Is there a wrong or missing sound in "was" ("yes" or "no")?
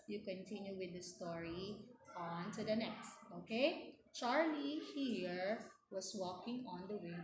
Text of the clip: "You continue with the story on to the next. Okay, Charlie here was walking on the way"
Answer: yes